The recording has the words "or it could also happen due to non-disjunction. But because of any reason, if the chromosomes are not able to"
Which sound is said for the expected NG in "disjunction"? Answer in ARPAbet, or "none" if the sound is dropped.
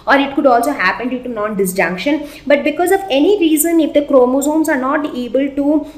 NG